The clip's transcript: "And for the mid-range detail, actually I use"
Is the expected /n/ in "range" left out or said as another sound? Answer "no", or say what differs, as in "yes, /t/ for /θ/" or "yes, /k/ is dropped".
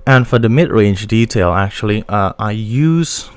no